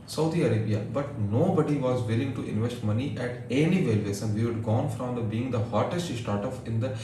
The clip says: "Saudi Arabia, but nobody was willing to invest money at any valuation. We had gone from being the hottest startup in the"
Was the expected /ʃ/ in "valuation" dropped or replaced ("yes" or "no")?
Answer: yes